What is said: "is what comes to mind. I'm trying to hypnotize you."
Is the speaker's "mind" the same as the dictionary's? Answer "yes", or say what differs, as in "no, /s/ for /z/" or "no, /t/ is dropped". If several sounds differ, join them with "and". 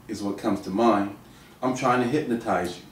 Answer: no, /d/ is dropped